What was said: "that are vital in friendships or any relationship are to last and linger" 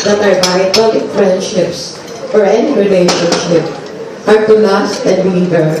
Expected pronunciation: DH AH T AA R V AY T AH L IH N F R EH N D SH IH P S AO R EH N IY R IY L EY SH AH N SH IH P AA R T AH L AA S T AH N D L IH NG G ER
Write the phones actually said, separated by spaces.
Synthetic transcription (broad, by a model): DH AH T AA R B AY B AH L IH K F R EH N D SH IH P S AO R EH N IY R IY L EY SH AH N SH IH P AA R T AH L AA S T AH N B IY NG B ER